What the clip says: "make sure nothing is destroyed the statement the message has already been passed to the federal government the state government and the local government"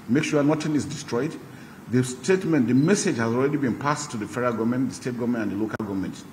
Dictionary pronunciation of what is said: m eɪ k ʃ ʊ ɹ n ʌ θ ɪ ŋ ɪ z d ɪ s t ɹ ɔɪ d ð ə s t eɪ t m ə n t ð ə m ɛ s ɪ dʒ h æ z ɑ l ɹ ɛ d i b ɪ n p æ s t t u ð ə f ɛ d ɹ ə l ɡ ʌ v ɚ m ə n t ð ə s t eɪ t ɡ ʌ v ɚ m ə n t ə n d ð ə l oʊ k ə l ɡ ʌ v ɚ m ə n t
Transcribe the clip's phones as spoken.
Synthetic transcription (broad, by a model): m eɪ k ʃ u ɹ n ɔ t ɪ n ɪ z d ɪ s t ɹ ɔɪ d ð ə s t eɪ t m ə n t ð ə m ɛ s ɪ dʒ h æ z ɑ l ɹ ɛ d i b ɪ n p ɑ s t t u ð ə f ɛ ɹ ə ɡ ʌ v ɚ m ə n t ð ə s t eɪ t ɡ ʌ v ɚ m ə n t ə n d ð ə l oʊ k ə l ɡ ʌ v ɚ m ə n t